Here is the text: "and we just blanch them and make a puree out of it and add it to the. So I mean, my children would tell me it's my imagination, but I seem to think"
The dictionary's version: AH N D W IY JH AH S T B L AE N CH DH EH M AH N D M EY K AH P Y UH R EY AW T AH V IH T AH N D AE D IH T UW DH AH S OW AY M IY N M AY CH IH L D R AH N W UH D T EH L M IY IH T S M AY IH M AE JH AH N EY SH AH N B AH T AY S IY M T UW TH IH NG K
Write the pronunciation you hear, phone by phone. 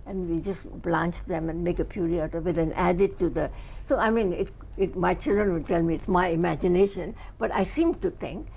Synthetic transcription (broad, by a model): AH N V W IY JH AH S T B L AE N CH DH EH M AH N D M EY K AH P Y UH R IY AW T AH V IH T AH N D AE D IH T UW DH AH S OW AY M IY N M AY CH IH L D R AH N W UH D T EH L M IY IH T S M AY IH M AE JH AH N EY SH AH N B AH T AY S IY M T UW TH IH NG K